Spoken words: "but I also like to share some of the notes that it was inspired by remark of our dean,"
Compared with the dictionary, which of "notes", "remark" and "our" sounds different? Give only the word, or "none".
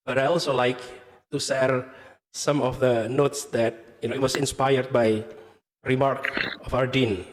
none